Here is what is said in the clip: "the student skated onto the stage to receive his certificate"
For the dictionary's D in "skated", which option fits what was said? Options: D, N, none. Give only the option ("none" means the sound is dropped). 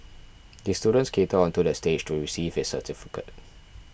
none